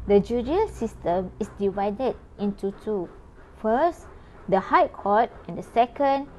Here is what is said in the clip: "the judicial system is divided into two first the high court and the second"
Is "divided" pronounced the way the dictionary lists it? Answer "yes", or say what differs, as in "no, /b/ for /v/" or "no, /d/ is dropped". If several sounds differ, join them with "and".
yes